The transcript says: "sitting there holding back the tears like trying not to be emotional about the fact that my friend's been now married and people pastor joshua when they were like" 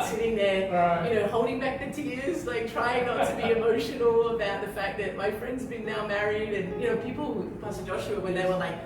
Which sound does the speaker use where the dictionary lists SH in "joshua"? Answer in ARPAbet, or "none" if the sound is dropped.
SH